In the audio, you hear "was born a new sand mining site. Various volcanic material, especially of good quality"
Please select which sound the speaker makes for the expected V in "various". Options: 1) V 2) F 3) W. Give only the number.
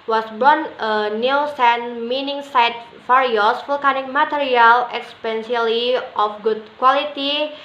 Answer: 2